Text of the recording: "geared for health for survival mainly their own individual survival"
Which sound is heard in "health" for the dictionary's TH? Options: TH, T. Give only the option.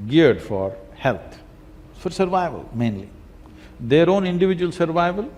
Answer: T